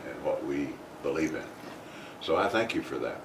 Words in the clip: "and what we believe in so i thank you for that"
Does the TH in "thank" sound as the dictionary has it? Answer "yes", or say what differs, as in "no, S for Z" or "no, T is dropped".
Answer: yes